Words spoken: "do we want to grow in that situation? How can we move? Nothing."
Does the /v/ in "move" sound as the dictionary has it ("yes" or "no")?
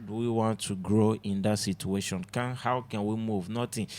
yes